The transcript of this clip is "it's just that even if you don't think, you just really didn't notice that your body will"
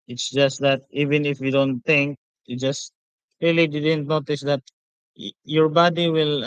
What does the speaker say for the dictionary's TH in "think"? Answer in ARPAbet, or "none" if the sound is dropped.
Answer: T